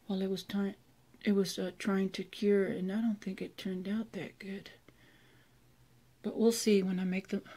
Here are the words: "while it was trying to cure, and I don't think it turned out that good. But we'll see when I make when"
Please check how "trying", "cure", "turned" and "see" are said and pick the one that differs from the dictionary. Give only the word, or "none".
none